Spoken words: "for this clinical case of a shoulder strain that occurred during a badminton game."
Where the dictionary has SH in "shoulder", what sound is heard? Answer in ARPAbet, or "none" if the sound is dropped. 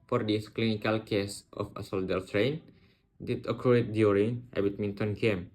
S